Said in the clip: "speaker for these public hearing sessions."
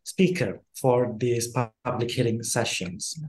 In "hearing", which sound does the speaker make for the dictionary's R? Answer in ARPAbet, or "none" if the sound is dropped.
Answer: L